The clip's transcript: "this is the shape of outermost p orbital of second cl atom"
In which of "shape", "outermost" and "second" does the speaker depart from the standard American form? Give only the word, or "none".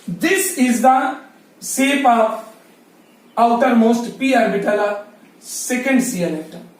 shape